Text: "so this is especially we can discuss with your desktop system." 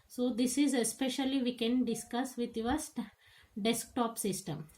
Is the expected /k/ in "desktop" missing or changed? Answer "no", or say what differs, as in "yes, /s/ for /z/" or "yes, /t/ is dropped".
no